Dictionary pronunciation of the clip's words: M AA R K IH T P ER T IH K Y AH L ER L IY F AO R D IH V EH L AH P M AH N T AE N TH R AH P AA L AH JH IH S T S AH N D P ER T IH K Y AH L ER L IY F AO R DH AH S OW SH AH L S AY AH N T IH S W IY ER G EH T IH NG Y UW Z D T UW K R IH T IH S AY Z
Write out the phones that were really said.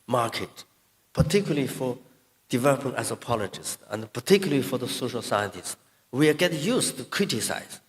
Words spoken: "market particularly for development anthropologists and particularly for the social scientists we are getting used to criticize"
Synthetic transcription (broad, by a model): M AA R K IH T P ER T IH K Y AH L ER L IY F AO R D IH V EH L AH P AH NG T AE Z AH P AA L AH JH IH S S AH N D P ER T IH K Y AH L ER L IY F AO R DH AH S OW SH AH L S AY AH N T IH S W IY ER G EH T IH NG Y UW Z T UW K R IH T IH S AY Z